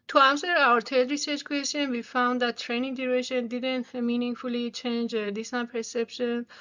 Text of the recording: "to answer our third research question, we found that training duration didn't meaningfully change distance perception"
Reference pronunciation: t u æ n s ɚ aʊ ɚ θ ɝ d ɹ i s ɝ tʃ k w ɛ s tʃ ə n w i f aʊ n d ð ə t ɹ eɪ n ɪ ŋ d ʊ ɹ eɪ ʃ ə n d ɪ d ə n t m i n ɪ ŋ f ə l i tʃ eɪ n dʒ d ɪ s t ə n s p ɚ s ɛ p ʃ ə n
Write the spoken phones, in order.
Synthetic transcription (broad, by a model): t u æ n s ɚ aʊ ɚ t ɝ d ɹ i s ɝ tʃ k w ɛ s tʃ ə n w i f aʊ n d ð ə t ɹ eɪ n ɪ ŋ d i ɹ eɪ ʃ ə n d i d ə n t m i n ɪ ŋ f ə l i tʃ eɪ n dʒ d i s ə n p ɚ s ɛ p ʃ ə n